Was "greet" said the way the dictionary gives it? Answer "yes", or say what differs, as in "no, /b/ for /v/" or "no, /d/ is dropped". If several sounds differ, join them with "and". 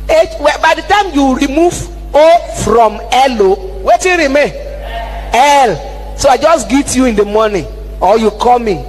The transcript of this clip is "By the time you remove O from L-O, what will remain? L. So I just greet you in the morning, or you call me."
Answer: no, /ɹ/ is dropped